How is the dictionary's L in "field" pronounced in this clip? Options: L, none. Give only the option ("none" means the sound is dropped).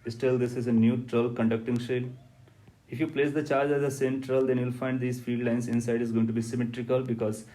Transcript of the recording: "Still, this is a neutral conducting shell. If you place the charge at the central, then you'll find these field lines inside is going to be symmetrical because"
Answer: none